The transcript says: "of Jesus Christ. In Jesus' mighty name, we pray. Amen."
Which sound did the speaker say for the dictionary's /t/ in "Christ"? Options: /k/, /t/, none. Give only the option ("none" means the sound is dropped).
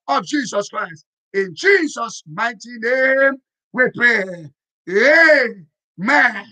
/t/